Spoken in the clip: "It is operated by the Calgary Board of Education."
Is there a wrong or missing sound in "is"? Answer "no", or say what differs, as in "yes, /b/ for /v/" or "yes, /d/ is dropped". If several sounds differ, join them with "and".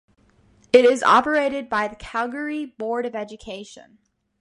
no